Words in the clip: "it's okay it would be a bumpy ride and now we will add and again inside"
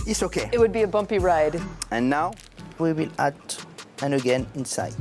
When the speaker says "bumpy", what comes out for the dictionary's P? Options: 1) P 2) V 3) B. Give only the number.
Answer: 1